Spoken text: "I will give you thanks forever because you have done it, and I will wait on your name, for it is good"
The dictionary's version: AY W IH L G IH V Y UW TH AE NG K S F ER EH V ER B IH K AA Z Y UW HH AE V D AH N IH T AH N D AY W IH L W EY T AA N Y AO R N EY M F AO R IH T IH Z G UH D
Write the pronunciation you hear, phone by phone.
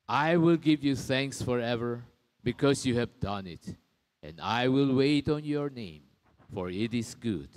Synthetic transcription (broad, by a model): AY W IH L G IH V Y UW TH AE NG K S F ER EH V ER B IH K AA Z Y UW HH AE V D AH N IH T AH N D AY W IH L W EY T AA N Y AO R N EY M F AO R IH T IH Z G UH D